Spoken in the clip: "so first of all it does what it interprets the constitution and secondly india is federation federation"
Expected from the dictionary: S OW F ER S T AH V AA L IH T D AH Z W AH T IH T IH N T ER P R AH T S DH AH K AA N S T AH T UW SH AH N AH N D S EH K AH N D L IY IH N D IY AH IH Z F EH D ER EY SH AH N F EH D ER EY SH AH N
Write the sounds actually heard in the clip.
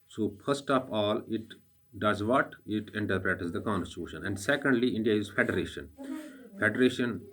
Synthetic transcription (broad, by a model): S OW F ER S T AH P AA L IH T D AH Z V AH T IH T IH N T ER P R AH T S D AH K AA N S T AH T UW SH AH N AH N D S EH K AH N D L IY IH N D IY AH IH Z F EH D ER EY SH AH N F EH D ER EY SH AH N